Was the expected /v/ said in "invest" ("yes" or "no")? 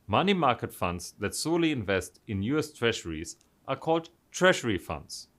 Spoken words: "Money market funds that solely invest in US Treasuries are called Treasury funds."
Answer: yes